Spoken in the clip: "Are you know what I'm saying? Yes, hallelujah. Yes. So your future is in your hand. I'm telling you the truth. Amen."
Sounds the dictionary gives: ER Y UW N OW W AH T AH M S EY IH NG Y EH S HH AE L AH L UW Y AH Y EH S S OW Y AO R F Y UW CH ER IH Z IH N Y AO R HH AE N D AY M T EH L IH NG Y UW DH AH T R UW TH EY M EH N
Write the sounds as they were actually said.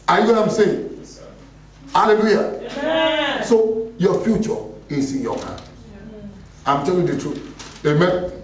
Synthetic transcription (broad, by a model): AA Y UW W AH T AH M S EY IH NG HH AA L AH L UW Y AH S S OW Y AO F Y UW CH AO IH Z IH N Y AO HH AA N AY M T EH L IH NG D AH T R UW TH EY M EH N